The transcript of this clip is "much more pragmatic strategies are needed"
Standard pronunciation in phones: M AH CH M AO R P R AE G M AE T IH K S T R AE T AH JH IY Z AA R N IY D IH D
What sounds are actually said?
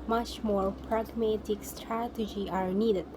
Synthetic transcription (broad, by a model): M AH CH M AO R P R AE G M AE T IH K S T R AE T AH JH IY AA R N IY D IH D